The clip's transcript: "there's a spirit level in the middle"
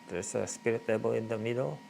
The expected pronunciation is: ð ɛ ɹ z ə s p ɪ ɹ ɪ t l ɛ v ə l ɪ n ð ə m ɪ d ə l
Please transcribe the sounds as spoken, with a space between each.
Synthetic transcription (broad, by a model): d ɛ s ə s p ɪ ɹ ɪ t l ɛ b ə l ɪ n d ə m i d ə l